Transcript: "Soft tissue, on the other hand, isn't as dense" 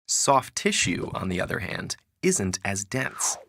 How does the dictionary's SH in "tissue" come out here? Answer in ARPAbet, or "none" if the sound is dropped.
SH